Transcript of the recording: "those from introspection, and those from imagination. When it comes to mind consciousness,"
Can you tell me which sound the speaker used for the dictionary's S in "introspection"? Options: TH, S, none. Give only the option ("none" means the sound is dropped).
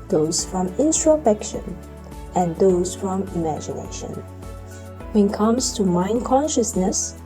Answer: none